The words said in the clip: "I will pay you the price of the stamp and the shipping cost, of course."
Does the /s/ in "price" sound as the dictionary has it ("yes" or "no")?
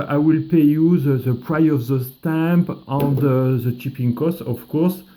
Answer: no